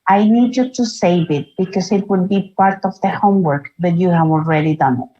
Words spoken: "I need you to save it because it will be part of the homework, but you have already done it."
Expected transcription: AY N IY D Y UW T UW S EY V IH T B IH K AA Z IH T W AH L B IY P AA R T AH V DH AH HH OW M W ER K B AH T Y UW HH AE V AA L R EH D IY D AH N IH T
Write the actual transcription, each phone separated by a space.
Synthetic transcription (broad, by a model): AY N IY D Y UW T UW S EY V IH T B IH K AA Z IH T W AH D B IY P AA R T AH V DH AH HH OW M W ER K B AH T Y UW HH AE V AA L R EH D IY D AH N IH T